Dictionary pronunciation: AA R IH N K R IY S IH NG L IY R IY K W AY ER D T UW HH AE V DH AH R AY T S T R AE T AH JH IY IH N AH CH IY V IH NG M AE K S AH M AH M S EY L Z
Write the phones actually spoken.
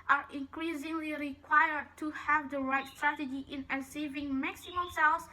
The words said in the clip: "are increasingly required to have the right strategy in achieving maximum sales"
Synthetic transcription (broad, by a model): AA R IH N K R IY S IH NG L IY R IY K W AY ER D T UW HH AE V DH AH R AY T S T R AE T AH JH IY IH N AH S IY V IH NG M AE K S AH M AH M S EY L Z